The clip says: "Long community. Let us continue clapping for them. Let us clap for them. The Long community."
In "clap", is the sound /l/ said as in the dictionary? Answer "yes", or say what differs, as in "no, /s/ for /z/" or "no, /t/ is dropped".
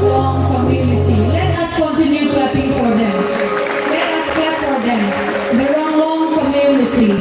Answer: no, /l/ is dropped